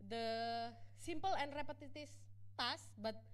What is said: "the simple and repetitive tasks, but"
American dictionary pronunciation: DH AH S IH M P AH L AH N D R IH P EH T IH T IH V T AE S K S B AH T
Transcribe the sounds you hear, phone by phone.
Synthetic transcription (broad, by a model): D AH S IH M P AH L AH N D R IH P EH T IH T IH F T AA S S B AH T